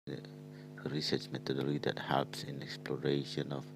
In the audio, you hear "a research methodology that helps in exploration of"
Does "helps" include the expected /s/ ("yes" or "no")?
yes